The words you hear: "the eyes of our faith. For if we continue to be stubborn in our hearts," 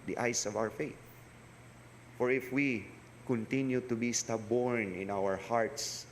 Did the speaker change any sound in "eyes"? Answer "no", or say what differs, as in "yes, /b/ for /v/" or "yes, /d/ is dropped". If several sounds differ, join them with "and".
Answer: yes, /s/ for /z/